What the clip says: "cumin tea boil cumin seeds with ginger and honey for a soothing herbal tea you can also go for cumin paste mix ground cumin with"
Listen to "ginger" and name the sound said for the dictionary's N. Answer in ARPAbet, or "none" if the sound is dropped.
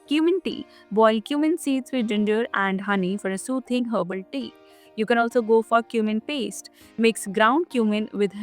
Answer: N